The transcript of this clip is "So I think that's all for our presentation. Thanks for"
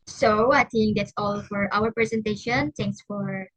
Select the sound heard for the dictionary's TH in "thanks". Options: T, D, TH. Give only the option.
T